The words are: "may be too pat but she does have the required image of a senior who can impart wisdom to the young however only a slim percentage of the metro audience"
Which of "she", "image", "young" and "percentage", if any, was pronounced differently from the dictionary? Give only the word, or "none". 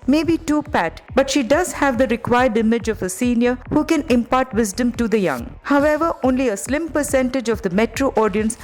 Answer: none